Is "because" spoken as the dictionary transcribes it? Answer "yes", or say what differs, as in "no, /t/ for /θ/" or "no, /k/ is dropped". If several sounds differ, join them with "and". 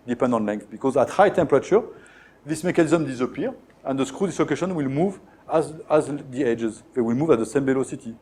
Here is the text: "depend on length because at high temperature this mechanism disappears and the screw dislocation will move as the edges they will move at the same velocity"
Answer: yes